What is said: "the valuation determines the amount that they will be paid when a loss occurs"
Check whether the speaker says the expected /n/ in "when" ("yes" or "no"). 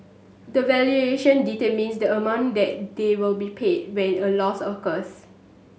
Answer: yes